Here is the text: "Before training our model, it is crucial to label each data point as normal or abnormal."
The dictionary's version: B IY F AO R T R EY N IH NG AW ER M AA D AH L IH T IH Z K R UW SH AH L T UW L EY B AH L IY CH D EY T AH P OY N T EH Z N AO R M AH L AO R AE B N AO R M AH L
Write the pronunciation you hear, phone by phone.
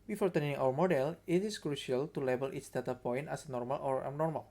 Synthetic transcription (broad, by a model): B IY F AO R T EY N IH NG AW ER M AA D AH L IH T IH S K R UW SH AH L T UW L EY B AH L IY S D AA T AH P OY N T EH S N AO R M AH L AO R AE N AO R M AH L